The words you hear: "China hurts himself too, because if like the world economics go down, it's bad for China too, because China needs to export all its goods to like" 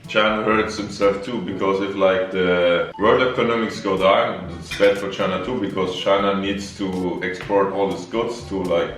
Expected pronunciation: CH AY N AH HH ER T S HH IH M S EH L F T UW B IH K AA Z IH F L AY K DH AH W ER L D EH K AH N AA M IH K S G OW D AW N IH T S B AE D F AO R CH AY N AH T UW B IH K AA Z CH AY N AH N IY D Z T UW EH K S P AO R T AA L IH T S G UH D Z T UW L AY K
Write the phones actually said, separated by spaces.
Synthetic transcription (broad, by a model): CH AY N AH HH ER T S HH IH M S EH L F T UW B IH K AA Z IH F L AY K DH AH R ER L EH K AH N AA M IH K S G OW D AW N IH T S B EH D F AO R CH AY N AH T UW B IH K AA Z CH AY N AH N IY D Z T UW EH K S P AO R T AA L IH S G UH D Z T UW L AY K